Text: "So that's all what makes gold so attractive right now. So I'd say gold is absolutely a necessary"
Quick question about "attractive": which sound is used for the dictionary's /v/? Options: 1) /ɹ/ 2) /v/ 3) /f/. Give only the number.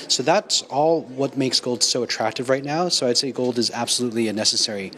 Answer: 2